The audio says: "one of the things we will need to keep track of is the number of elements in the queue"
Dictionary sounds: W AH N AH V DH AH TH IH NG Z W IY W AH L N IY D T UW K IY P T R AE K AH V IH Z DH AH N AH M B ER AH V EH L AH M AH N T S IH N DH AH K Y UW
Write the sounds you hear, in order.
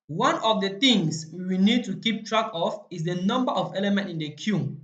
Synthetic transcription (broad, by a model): W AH N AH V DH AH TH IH NG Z W IY N IY D T UW K IY P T R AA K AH F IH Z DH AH N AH M B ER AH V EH L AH M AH N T IH N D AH K Y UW